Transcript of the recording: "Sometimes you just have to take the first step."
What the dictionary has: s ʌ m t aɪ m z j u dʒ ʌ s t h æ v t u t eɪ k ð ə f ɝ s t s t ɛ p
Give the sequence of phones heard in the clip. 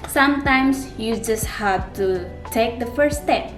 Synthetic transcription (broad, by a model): s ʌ m t aɪ m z j u dʒ ʌ s t h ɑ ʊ t u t eɪ k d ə f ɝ t s t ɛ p